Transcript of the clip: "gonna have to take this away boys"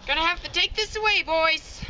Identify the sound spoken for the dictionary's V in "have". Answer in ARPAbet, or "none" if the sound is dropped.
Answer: F